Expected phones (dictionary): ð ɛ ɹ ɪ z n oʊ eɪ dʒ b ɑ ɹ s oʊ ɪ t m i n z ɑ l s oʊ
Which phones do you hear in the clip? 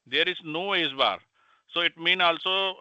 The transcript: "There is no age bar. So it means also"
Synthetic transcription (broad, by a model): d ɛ ɹ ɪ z n oʊ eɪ z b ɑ ɹ s oʊ ɪ t m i n ɑ l s oʊ